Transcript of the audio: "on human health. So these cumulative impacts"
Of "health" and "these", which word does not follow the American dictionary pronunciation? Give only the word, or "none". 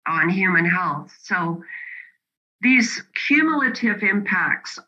none